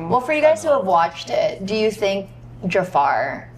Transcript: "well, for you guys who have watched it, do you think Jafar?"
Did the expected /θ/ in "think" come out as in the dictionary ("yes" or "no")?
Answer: yes